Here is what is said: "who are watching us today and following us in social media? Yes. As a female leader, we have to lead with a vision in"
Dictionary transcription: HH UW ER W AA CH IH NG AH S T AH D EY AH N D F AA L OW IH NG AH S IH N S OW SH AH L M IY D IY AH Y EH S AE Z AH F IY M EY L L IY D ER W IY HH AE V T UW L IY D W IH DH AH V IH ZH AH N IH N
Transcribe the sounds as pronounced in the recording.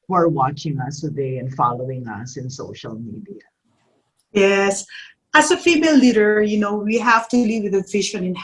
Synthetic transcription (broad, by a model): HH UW ER W AA CH IH NG AH S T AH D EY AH N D F AA L OW IH NG AH S IH N S OW SH AH L M IY D IY AH Y EH S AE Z AH F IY M EY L L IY D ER W IY HH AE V T UW L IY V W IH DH AH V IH SH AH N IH N